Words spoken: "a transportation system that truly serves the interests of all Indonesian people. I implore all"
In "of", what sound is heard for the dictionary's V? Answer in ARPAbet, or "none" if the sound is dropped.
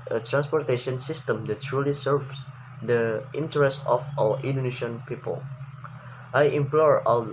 W